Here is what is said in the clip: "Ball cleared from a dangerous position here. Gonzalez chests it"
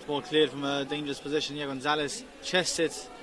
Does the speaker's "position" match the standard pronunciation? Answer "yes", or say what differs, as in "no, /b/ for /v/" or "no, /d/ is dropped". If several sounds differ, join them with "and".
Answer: yes